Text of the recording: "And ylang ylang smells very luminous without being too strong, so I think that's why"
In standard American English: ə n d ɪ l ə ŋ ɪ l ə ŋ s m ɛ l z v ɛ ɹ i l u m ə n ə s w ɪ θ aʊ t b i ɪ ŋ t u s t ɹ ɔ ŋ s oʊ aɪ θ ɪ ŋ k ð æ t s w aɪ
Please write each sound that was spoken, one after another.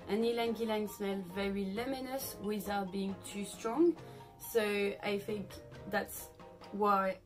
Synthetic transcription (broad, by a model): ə n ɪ l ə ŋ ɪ l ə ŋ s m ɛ l v ɛ ɹ i l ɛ m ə n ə s w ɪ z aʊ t b i ɪ ŋ t u s t ɹ ɔ ŋ s oʊ aɪ θ ɪ ŋ k ð æ t s w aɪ